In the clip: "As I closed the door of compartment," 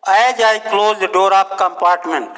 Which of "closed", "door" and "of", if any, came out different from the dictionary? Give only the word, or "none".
of